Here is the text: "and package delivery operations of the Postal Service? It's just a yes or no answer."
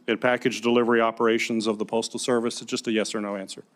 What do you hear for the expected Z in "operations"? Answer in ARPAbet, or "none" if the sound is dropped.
Z